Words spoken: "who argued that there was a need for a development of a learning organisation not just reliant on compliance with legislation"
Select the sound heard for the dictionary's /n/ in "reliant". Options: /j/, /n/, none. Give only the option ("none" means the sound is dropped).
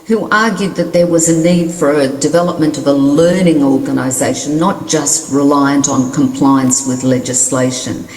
/n/